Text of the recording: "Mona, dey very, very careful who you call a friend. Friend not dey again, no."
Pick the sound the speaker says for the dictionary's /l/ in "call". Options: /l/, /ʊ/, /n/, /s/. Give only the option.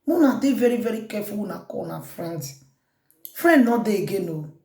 /n/